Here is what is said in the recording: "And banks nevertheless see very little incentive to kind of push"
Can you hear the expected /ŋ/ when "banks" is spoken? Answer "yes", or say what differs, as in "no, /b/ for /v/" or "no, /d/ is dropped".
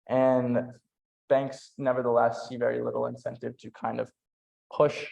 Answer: yes